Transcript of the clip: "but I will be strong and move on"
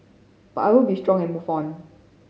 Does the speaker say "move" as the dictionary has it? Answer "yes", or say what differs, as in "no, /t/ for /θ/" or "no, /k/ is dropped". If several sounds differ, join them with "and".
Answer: no, /f/ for /v/